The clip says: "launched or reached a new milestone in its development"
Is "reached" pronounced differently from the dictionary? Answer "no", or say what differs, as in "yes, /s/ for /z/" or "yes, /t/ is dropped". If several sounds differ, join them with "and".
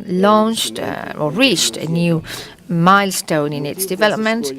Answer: no